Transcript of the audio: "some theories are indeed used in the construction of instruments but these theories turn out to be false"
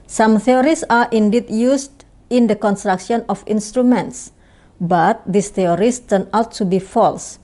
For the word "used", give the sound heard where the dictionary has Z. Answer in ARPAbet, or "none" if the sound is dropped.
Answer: S